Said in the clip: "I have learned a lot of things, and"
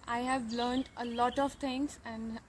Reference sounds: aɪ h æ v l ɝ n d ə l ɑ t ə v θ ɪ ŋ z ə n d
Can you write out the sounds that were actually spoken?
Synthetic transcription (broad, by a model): aɪ h æ v l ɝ n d ə l ɑ t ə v t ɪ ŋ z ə n d